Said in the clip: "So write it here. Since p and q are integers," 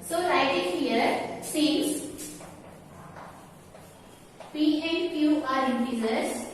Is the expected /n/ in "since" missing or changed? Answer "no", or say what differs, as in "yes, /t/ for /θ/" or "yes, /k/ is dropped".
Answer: yes, /n/ is dropped